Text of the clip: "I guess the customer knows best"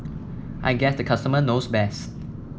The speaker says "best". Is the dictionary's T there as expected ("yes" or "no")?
yes